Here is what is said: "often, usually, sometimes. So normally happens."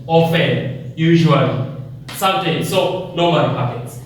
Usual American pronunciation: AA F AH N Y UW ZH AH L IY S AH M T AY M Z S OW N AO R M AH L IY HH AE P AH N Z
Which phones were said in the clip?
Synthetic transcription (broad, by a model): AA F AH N Y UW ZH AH L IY S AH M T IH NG S OW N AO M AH N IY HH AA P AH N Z